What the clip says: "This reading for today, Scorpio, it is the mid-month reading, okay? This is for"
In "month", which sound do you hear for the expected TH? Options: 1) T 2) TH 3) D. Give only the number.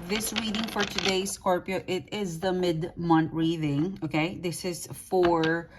1